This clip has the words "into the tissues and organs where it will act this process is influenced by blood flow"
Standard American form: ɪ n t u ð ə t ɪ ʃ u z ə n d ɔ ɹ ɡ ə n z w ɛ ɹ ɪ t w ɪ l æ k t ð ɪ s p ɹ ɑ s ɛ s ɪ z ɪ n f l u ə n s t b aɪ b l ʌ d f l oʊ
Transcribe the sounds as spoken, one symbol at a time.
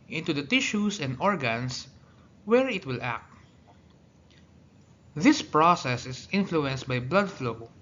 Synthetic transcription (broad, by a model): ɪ n t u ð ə t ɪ ʃ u s ə n d ɔ ɹ ɡ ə n s w ɛ ɹ ɪ t w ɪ l æ k t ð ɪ s p ɹ ɑ s ɛ s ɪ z ɪ n f l u ə n s t b aɪ b l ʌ d f l oʊ